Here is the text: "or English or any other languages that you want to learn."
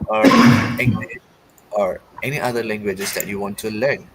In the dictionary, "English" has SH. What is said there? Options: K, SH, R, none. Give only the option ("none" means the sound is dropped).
none